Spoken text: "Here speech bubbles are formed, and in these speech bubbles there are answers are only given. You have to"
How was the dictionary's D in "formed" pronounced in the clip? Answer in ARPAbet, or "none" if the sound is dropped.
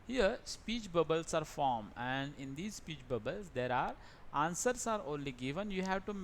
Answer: none